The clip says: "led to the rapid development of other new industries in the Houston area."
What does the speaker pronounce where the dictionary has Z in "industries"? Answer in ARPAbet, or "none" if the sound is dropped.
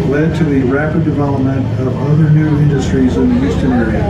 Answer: Z